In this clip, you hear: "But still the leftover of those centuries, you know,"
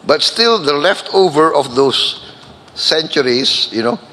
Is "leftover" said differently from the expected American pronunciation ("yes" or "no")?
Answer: no